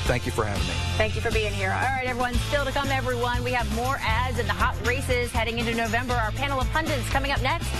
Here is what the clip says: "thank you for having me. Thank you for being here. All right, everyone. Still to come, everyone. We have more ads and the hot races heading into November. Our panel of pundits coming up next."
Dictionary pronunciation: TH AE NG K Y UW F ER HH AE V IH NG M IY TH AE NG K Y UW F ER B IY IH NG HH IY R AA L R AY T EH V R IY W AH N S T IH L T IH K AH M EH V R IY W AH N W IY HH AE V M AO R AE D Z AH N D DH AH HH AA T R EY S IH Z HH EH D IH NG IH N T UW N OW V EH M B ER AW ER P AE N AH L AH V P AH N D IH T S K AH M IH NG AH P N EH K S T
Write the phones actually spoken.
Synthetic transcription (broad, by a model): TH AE NG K Y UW F ER HH AE V IH NG M IY TH AE NG K Y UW F ER B IY IH NG HH IY R AA L R AY T EH V R IY W AH N S T IH L T IH K AH M EH V R IY W AH N W IY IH V M AO R AE D Z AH N DH AH HH AA T R EY S IH Z HH EH D IH NG IH N T UW N OW V EH M B ER AW ER P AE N L AH V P AH N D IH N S K AH M IH NG AH P N EH K S T